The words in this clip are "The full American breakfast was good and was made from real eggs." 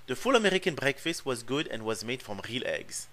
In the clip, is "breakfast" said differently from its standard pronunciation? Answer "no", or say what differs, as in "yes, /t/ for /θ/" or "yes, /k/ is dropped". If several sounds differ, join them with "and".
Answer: no